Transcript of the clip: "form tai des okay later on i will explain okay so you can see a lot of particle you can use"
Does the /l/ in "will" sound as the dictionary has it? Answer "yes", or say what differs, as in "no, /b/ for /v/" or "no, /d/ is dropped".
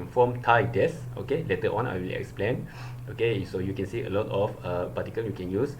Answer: yes